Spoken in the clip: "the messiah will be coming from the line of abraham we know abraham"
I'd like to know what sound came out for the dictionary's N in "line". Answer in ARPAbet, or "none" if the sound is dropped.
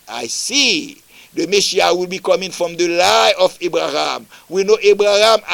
none